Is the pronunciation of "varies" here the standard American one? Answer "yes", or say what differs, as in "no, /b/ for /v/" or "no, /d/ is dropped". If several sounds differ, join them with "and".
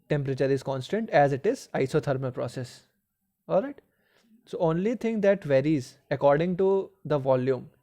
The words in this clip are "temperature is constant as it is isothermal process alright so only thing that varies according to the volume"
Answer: yes